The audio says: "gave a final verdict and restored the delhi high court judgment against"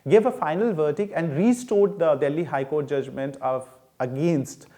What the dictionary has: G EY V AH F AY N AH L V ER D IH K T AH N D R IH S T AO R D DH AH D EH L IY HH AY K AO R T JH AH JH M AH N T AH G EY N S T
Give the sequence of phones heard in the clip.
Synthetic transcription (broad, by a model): G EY V AH F AY N AH L V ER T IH K AH N D R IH S T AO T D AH D EH L IY HH AY K AO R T JH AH JH M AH N T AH G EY N S T